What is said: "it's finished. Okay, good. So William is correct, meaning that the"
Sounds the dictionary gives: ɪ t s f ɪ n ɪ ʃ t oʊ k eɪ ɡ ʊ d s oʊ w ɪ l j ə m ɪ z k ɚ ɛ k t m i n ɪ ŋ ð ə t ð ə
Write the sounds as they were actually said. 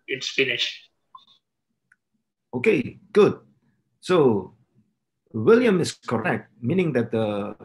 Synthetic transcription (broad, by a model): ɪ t s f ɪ n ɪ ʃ oʊ k eɪ ɡ ʊ d s oʊ w ɪ l j ə m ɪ s k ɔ ɛ k t m i n ɪ ŋ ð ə t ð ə